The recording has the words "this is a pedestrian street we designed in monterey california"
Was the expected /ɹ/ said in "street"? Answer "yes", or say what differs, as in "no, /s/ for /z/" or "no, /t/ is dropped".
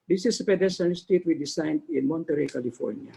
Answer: no, /ɹ/ is dropped